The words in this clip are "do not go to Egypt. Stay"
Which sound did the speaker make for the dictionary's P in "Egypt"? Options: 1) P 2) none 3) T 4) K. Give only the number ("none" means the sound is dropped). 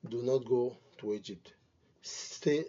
2